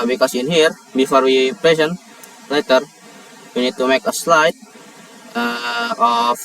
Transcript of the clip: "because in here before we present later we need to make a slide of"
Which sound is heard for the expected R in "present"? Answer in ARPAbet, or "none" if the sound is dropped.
L